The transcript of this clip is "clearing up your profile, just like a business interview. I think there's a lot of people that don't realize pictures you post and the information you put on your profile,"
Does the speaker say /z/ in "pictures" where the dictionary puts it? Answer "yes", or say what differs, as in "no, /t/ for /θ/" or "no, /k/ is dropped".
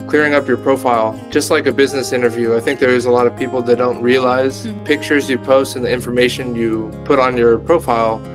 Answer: yes